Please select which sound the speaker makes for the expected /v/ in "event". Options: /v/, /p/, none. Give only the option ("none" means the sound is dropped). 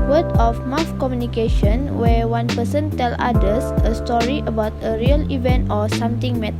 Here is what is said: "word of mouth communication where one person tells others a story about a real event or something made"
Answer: /v/